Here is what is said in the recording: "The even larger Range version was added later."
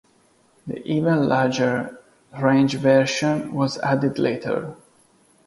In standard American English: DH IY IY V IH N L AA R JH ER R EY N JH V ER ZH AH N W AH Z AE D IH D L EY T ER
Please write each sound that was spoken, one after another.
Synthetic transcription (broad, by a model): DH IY IY V IH N L AA R JH ER R EY N JH V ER SH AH N W AH Z AE D IH D L EY T ER